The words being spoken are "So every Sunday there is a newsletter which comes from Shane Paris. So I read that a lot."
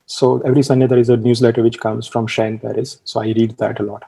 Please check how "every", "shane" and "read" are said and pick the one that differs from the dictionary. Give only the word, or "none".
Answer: none